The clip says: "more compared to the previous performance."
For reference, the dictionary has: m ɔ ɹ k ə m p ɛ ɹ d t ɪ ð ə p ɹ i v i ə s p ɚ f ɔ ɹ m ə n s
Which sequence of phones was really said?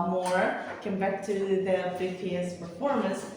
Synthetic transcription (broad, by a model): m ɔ ɹ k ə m b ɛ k t ɪ ð ə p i f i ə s p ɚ f ɔ ɹ m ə n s